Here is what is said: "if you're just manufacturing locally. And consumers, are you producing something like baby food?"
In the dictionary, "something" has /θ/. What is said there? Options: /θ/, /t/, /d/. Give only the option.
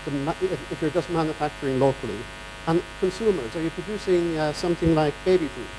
/θ/